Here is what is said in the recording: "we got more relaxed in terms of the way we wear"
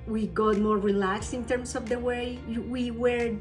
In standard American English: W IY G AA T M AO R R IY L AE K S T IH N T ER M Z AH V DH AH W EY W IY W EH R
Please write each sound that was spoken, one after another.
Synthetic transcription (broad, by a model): W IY G AA T M AO R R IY L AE K S IH N T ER M S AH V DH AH W EY W IY W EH R